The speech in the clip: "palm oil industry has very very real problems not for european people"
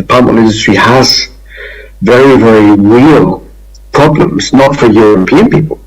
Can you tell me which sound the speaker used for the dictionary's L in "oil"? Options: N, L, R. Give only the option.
N